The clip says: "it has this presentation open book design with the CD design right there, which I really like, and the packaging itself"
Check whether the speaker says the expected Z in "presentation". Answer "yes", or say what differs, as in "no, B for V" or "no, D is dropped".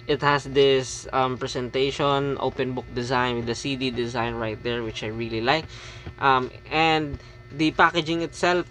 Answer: no, S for Z